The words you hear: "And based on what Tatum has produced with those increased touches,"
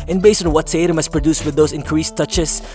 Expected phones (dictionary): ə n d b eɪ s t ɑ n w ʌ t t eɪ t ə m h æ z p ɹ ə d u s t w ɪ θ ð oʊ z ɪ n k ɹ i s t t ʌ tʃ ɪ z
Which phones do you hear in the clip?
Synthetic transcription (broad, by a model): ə n b eɪ s t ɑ n w ʌ t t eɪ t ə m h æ s p ɹ ə d u s t w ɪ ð oʊ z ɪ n k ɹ i s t t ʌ tʃ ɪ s